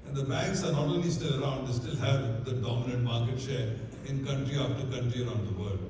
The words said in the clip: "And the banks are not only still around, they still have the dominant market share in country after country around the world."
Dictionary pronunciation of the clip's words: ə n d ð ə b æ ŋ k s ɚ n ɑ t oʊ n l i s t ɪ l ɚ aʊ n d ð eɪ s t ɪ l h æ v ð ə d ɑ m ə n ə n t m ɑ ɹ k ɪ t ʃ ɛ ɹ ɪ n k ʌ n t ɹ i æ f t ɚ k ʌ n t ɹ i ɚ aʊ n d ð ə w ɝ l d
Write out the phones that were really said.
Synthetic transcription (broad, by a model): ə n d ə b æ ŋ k s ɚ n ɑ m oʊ l i s t ɪ l ɚ aʊ n d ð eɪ s t ɪ l h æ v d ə d ɑ m ə n ə n t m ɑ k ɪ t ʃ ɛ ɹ ɪ n k ʌ n t ɹ i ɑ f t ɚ k ʌ n t ɹ i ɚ aʊ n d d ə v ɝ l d